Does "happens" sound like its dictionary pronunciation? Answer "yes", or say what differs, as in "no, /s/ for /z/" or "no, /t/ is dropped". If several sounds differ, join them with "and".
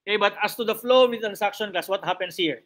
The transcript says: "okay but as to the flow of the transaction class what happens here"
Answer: no, /s/ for /z/